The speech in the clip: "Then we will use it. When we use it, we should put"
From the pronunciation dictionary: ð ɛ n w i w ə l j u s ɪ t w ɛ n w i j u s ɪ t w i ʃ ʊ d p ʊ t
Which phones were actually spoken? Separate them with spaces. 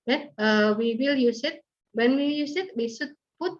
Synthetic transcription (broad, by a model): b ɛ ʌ w i w ə l j u s ɪ t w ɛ n w i j u s ɪ t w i s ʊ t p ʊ t